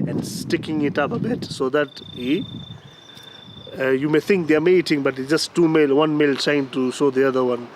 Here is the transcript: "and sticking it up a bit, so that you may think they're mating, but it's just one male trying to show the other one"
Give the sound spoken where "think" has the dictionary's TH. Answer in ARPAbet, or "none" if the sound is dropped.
T